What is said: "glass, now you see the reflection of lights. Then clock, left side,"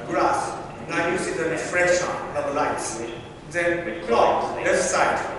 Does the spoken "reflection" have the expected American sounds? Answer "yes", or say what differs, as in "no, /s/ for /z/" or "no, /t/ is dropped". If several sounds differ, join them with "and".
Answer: no, /k/ is dropped